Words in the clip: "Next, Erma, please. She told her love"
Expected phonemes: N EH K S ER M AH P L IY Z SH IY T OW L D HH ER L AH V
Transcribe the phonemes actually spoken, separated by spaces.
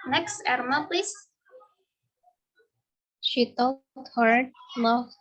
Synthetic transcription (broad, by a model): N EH K S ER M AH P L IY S SH IY T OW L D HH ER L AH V